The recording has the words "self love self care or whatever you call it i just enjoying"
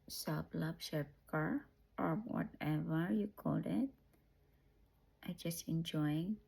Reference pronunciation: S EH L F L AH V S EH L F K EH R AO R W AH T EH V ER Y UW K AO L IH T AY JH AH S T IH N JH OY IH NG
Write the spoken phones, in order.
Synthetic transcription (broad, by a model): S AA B L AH B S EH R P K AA R AO R W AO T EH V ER Y UW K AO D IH T AY JH AH S T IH N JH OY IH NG